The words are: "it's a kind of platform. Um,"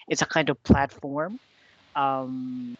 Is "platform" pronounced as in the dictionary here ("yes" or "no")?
yes